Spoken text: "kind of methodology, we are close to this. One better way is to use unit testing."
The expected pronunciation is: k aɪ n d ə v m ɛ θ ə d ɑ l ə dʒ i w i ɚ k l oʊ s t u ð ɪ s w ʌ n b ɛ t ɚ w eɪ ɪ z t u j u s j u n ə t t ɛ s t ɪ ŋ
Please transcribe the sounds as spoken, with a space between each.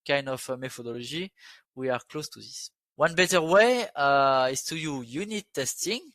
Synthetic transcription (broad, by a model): k aɪ n d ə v m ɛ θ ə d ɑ l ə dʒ i w i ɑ k l oʊ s t u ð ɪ s w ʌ n b ɛ t ɚ w eɪ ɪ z t u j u j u n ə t t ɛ s t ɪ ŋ